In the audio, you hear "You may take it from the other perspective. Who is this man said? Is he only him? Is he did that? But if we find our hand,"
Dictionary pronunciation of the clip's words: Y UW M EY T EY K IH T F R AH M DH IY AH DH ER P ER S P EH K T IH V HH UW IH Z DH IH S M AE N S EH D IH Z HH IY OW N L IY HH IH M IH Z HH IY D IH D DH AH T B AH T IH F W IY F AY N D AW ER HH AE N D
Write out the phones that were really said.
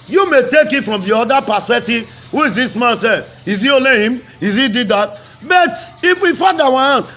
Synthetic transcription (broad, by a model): Y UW M EY T EY K IH T F R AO M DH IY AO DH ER P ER S P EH K T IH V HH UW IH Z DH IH S M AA N S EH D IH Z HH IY OW L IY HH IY M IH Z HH IY D IH D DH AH T B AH T IH F W IY F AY D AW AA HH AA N